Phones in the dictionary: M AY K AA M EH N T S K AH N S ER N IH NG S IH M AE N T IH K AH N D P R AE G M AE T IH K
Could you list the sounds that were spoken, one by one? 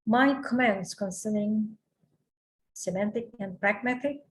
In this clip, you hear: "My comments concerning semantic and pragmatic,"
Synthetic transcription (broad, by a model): M AY K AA M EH N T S K AH N S ER N IH NG S IH M AE N T IH K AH N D P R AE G M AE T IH K